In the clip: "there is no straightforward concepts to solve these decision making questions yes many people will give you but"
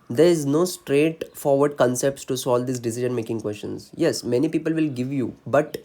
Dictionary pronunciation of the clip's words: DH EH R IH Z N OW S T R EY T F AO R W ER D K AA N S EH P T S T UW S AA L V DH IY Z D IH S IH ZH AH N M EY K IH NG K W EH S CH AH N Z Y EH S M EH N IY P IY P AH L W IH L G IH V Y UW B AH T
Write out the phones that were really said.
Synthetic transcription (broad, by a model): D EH R IH Z N OW S T R EY T F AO R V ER D K AA N S EH P T S T UW S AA L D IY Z D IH S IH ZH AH N M EY K IH NG K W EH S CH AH N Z Y EH S M EH N IY P IY P AH L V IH L G IH V Y UW B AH T